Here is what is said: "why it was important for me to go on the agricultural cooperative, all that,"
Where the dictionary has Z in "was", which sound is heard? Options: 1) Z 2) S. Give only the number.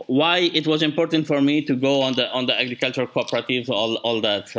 1